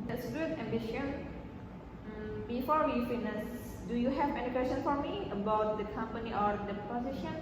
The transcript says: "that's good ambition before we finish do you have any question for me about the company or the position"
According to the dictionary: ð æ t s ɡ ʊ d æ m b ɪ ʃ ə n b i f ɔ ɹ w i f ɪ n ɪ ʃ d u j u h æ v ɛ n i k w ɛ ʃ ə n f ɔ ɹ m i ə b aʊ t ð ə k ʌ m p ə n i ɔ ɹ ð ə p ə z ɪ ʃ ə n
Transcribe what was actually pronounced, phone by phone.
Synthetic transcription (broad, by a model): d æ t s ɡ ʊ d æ m b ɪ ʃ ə n b i f ɔ ɹ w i f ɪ n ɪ s d u j u h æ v ɛ n i k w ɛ s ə n f ɔ ɹ m i ə b aʊ t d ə k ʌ m p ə n i ɔ ɹ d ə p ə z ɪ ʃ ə n